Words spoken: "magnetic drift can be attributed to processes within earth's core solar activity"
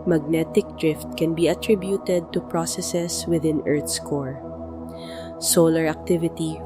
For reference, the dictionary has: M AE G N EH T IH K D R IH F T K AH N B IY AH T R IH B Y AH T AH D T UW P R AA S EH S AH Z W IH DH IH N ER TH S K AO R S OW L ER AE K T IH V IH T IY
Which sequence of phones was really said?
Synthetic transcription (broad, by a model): M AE G N EH T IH K D R IH F T K AH N B IY AH T R IH B Y AH T AH D T UW P R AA S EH S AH S W IH DH IH N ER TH S K AO R S OW L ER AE K T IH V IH T IY